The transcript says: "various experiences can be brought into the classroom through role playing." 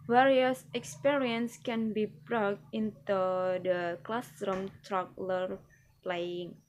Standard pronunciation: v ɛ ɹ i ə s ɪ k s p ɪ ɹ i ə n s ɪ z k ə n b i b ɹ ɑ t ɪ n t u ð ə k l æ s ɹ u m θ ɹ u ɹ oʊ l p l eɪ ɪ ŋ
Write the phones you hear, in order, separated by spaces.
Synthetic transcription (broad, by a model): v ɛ ɹ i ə s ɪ k s p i ɹ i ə n s k ə n b i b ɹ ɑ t ɪ n t u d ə k l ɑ s ɹ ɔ m t ɹ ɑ l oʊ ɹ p l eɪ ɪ ŋ